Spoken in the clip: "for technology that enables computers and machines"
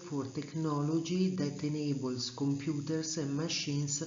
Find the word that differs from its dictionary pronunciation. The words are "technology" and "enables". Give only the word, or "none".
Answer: enables